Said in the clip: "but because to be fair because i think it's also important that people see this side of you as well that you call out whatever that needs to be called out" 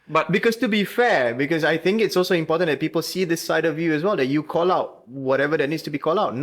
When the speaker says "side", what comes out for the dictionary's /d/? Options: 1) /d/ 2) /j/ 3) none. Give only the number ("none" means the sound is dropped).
1